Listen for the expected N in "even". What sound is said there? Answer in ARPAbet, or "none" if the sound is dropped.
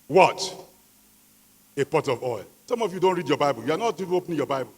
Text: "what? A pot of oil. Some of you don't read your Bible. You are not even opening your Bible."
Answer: none